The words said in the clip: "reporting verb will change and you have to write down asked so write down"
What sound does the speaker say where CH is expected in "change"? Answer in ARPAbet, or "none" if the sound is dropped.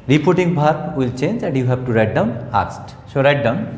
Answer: CH